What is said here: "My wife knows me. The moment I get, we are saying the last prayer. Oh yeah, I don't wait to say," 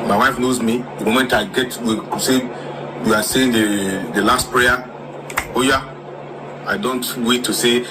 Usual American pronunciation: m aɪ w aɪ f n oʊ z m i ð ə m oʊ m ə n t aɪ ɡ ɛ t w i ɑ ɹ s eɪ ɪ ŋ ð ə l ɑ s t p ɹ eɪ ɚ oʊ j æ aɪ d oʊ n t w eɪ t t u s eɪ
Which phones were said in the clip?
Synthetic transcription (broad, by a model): m aɪ w aɪ f n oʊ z m i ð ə m oʊ m ə n t aɪ ɡ ɛ t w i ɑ w s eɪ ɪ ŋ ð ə l ɑ s t p ɹ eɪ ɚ oʊ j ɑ aɪ d oʊ n t w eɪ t t u s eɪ